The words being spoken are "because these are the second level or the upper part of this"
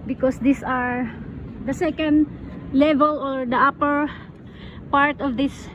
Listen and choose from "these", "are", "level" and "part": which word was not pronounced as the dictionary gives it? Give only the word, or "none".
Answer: these